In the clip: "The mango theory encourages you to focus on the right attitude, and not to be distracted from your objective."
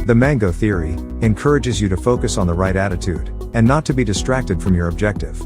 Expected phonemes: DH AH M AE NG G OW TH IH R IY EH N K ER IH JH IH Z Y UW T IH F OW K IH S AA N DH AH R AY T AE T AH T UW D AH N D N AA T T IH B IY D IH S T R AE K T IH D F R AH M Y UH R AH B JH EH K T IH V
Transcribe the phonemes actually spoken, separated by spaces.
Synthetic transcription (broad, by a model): DH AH M AE NG G OW TH IH R IY EH N K ER IH JH IH Z Y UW T IH F OW K IH S N DH AH R AY T AE T AH T UW D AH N N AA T T IH B IY D IH S T R AE K T IH D F R AH M Y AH R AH B JH EH K T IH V